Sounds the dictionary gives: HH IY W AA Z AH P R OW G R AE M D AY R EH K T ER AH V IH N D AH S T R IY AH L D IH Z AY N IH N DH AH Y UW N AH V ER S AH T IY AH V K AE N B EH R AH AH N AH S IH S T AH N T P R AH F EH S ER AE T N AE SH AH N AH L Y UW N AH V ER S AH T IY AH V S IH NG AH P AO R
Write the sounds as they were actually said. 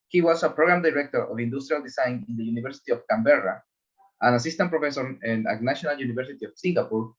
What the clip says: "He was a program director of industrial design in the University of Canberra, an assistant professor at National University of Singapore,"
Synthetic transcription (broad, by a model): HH IY W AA S AH P R OW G R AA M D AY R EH K T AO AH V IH N D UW S T R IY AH L D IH S AY N IH N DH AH Y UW N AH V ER S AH T IY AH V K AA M B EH R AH AH N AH S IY S T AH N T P R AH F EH S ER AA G N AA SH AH N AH L Y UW N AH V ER S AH T IY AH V S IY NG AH P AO R